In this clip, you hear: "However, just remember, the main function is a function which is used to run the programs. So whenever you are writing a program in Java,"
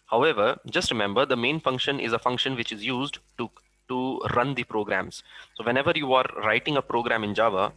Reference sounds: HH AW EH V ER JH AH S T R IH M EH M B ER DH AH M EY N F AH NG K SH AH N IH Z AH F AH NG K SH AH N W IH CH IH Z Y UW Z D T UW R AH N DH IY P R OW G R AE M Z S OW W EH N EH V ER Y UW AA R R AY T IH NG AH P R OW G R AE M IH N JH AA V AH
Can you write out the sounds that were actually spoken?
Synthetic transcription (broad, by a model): HH AW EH V ER JH AH S T R IH M EH M B ER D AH M EY N F AH NG K SH AH N IH Z AH F AH NG K SH AH N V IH CH IH Z Y UW Z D T UW R AH N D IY P R OW G R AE M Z S OW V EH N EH V ER Y UW AA R R AY T IH NG AH P R OW G R AE M IH N JH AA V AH